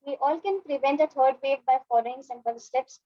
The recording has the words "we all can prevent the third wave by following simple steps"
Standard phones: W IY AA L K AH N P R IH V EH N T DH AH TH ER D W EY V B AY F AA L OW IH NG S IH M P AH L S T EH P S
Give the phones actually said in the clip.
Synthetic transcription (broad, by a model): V IY AA L K AH N P R IH V EH N T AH T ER D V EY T B AY F AA L OW IH NG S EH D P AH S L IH P S